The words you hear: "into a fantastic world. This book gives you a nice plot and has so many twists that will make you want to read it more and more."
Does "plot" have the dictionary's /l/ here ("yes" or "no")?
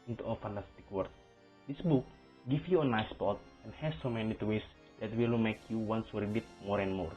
no